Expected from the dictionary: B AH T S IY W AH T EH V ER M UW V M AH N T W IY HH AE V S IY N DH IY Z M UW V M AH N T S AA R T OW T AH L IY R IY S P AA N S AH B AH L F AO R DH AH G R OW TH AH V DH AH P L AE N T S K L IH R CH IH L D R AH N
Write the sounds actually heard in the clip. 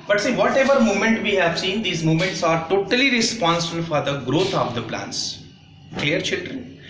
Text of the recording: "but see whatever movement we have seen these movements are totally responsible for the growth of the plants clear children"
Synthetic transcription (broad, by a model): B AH T S IY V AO T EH V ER M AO M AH N T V IY HH AE V S IY N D IY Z M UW M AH N T S AA R T OW T AH L IY R IY S P AA N S AH B AH L F AO R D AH G R OW T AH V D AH P L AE N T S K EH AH R CH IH L D R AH N